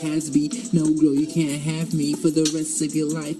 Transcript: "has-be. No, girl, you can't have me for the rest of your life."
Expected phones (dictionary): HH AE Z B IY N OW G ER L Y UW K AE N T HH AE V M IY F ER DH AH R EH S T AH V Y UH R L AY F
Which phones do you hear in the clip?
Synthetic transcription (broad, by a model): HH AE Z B IY N OW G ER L Y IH K AE N T HH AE V M IY F ER DH AH R EH S T AH V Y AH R L AY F